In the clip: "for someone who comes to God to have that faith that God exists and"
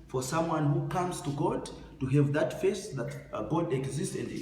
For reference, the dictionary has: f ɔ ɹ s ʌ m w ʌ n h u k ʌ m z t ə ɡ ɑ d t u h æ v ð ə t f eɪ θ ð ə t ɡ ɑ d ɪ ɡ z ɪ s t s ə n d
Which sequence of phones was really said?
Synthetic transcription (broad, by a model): f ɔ ɹ s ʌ m w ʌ n h u k ʌ m z t ə ɡ ɑ d t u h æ v ð ə t f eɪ s ð ə t ɡ ɑ d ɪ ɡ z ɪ s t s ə n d